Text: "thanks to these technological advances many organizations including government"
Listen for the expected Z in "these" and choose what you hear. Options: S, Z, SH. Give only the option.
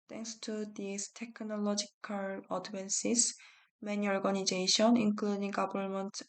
S